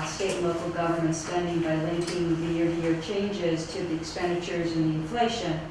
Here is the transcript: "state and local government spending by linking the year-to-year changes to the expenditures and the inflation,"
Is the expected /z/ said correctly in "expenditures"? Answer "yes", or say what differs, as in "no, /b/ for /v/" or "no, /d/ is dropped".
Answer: yes